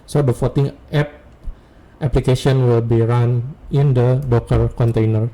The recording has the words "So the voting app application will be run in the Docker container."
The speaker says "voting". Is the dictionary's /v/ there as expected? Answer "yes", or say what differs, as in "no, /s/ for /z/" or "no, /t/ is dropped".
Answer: no, /f/ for /v/